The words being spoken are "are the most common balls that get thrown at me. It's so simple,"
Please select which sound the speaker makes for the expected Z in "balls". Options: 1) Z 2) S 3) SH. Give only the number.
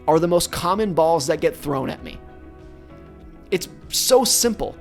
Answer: 1